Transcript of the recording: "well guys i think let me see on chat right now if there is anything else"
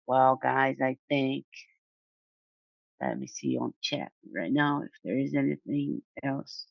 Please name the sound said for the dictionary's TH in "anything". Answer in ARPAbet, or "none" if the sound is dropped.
TH